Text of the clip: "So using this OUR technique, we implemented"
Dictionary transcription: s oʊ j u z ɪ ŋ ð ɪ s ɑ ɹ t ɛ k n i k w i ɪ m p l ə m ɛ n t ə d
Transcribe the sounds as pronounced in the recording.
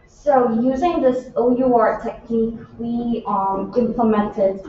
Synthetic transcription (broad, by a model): s oʊ j u z ɪ ŋ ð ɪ s ɑ ɹ t ɛ k n i k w i ɪ m p l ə m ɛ n t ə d